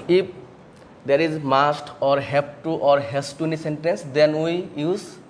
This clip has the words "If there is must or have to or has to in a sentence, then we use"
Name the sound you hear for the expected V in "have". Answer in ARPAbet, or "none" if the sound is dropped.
P